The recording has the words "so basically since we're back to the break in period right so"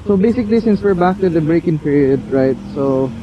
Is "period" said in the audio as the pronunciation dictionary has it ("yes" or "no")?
yes